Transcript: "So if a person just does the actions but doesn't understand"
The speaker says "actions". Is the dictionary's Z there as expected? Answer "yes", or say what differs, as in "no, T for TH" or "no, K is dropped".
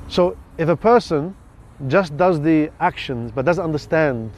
yes